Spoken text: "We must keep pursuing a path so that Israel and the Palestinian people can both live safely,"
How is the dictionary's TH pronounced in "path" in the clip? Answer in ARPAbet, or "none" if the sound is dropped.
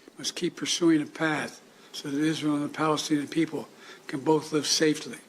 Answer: TH